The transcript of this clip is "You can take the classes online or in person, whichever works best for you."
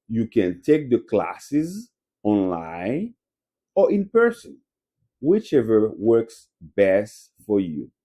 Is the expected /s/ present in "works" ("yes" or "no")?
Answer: yes